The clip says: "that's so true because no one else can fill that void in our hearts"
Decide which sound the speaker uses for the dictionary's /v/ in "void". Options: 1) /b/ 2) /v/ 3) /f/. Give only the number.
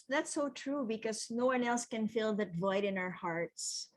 2